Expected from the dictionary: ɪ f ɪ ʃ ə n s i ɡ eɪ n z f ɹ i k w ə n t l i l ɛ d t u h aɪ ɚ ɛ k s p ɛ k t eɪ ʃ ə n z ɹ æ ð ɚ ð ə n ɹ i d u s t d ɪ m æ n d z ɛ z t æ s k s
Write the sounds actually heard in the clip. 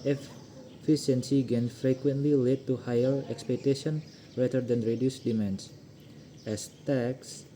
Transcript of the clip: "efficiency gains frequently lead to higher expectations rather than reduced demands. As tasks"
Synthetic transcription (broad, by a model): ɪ f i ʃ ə n s i ɡ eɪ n f ɹ i k w ə n t l i l ɛ d t u h aɪ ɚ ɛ k s p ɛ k t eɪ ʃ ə n ɹ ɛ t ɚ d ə n ɹ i d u s d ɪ m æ n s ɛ s t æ k s